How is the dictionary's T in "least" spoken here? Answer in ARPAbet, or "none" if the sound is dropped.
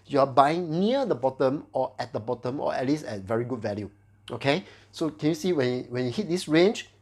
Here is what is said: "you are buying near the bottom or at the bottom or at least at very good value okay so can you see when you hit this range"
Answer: none